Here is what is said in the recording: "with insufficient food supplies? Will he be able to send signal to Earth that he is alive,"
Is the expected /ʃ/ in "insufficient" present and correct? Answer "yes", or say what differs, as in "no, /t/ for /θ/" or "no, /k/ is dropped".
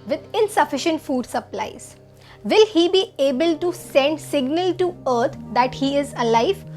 yes